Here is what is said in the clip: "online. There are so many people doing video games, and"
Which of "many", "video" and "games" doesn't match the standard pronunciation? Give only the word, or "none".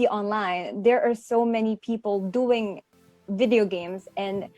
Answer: none